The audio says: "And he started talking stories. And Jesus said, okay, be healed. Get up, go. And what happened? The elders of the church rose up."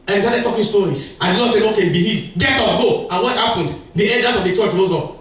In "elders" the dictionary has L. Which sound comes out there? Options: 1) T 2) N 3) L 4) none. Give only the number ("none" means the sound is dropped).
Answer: 2